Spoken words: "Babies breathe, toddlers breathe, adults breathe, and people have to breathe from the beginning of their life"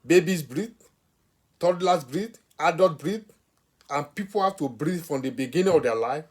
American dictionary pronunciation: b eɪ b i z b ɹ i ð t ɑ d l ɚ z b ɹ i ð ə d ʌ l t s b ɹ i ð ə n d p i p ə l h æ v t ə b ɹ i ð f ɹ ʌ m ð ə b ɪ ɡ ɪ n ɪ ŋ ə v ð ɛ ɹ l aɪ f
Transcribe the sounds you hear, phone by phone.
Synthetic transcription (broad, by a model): b eɪ b i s b ɹ i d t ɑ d l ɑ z b ɹ i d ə d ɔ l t b ɹ i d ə n p i p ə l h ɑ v t ə b ɹ i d f ɹ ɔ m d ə b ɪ ɡ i n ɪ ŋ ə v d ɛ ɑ l aɪ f